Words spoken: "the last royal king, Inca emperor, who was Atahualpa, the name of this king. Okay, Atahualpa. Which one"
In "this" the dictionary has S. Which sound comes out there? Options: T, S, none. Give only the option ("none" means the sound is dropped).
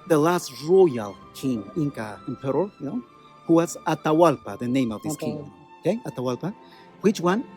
none